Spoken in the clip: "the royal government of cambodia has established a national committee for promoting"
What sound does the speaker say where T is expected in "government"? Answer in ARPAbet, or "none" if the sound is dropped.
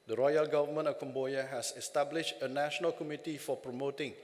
none